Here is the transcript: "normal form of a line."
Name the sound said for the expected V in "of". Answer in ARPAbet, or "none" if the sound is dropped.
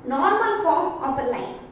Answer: P